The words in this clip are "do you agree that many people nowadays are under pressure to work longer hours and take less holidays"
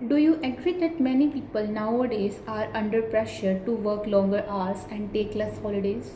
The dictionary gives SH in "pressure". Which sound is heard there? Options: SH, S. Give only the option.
SH